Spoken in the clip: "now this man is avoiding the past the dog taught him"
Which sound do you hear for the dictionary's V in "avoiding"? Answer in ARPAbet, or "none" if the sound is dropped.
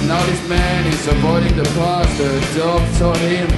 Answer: P